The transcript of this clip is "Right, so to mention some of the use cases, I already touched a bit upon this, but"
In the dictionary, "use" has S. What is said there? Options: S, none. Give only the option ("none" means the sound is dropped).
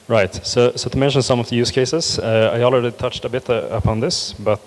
S